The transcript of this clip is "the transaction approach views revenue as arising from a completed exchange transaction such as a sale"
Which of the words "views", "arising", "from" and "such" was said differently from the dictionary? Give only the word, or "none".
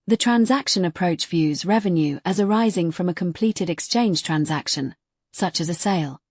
none